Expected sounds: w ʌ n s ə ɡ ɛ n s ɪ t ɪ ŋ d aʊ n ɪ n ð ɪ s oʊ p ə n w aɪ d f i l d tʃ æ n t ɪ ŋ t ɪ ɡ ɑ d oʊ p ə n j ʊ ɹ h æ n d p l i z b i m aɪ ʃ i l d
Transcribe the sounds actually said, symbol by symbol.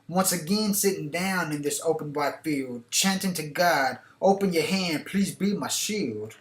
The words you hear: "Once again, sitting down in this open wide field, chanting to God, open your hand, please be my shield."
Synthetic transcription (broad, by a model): w ʌ n s ə ɡ ɛ n s ɪ t ɪ ŋ d aʊ n ɪ n ð ɪ s oʊ p ə n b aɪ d f i l d tʃ æ n t ɪ ŋ t ɪ ɡ ɑ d oʊ p ə n j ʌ ɹ h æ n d p l i z b i m aɪ ʃ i l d